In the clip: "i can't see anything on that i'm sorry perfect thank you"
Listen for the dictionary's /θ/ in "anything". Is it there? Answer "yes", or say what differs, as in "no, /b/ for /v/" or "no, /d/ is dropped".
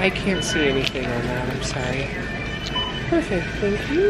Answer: yes